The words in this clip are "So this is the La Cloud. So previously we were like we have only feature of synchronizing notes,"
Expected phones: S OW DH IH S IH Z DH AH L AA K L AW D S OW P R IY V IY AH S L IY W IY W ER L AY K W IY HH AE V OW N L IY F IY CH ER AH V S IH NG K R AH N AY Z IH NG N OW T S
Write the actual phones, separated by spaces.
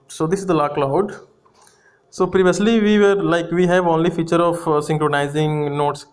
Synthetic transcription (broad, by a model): S OW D IH S IH Z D AH L AA K L AW D S OW P R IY V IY AH S L IY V IY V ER L AY K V IY HH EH V OW N L IY F IY CH ER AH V S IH NG K R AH N AY Z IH NG N OW T S